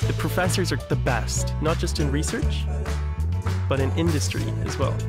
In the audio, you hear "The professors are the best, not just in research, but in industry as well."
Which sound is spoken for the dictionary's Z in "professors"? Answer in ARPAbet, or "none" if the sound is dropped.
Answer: Z